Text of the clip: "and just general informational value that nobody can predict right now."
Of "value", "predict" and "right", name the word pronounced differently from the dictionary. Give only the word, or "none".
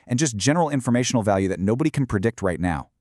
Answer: none